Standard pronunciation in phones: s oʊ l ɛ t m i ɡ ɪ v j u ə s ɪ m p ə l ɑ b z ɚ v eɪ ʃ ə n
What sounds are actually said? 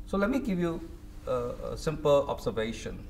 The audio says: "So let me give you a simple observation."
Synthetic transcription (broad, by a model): s oʊ l ɛ t m i ɡ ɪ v j u ə s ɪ m p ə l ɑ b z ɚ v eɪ ʃ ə n